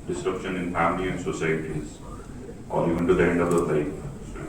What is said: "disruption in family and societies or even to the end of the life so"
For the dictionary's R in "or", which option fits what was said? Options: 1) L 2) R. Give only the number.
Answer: 1